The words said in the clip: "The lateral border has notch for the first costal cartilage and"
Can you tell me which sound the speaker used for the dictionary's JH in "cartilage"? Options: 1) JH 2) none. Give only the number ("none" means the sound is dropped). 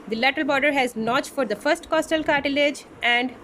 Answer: 1